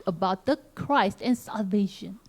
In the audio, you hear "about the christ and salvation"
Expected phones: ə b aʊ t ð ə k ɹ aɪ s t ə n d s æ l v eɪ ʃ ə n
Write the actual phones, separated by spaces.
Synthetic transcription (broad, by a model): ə b aʊ t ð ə k ɹ aɪ s t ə n s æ l v eɪ ʃ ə n